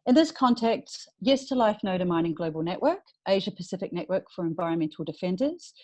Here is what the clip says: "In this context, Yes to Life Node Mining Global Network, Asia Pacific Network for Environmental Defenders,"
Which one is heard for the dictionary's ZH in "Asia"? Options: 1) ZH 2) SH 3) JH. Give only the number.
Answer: 1